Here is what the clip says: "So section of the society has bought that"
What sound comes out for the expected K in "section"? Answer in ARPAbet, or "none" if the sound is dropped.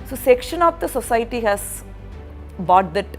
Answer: K